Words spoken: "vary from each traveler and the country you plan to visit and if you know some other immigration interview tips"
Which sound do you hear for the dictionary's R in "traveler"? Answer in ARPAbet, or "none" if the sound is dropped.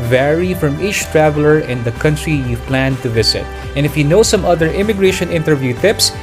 R